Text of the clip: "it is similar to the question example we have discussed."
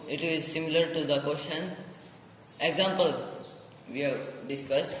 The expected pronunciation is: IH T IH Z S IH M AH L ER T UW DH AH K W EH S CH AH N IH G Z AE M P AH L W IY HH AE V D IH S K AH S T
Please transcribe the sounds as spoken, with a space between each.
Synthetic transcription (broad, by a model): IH T IH Z S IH M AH L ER T UW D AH K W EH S SH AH N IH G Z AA M P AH L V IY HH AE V D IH S K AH S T